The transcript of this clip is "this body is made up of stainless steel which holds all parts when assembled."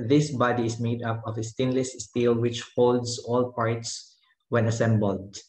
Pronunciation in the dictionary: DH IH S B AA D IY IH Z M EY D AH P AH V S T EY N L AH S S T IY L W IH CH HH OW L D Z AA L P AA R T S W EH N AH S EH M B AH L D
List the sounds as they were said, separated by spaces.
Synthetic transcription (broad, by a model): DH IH S B AA D IY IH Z M EY D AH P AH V S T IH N L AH S S T IY L W IH CH HH OW L D S AA L P AA R T S W EH N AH S EH M B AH L D